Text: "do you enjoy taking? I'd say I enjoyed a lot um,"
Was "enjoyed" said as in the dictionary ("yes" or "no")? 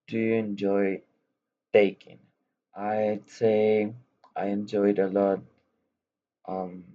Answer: yes